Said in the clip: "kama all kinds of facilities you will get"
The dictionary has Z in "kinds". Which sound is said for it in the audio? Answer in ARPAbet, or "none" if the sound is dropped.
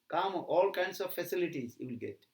S